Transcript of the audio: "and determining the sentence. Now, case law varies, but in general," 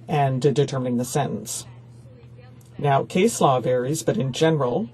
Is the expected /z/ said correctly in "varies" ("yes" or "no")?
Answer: yes